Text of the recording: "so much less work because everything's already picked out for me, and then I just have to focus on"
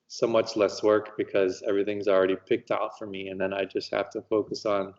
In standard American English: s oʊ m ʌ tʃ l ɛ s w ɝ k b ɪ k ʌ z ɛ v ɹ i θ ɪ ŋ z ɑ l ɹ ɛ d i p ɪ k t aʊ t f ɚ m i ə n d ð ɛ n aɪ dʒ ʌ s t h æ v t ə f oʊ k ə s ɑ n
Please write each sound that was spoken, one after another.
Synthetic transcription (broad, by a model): s oʊ m ʌ tʃ l ɛ s w ɝ k b ɪ k ʌ z ɛ v ɹ i θ ɪ ŋ z l ɹ ɛ d i p ɪ k t aʊ t f ɚ m i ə n ð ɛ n aɪ dʒ ʌ s t h æ f t ə f oʊ k ə s n